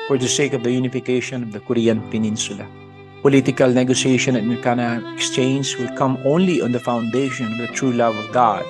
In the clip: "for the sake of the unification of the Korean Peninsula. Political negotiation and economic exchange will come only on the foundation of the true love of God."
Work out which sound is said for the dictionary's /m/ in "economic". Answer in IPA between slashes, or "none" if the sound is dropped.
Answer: none